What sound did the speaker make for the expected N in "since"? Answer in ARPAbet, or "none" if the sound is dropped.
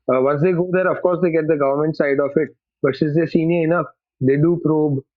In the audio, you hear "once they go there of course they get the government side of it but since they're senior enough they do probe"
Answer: none